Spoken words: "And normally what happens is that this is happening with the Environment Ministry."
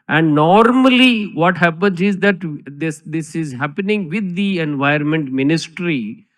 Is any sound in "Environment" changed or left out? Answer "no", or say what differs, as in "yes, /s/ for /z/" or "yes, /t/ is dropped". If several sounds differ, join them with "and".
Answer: yes, /ɹ/ is dropped